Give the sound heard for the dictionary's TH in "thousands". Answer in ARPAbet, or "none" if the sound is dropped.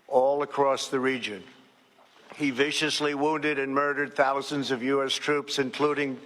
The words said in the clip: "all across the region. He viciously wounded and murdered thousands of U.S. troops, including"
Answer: TH